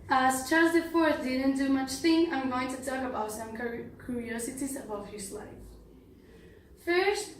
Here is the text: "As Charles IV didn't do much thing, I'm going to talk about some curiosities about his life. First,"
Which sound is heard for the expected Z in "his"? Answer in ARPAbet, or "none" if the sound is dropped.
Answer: S